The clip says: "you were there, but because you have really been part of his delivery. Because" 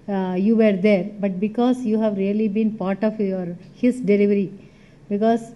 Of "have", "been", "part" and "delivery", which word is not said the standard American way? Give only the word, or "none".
none